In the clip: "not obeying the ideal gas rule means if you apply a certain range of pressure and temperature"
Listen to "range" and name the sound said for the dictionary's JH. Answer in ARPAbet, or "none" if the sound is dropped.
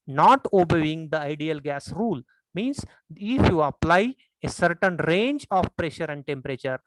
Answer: JH